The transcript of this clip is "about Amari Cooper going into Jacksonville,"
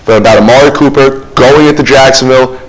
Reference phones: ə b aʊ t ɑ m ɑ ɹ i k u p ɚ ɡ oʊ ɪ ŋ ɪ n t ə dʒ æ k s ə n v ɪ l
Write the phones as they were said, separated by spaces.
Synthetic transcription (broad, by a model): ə b aʊ t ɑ m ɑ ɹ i k u p ɚ ɡ oʊ ɪ ŋ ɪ t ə dʒ æ k s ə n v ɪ l